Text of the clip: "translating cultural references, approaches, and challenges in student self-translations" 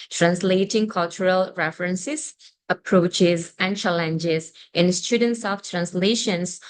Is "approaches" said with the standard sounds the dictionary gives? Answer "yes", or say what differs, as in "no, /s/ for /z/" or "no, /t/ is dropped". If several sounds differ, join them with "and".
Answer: yes